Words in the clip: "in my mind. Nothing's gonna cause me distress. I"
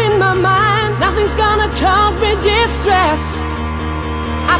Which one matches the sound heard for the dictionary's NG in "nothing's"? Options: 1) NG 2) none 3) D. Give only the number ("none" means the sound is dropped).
1